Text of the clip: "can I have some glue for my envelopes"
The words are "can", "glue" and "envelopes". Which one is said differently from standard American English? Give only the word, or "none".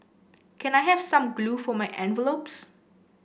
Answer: none